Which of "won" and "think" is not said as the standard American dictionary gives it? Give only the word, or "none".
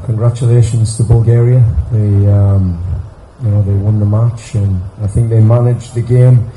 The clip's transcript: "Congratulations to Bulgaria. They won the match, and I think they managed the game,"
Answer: none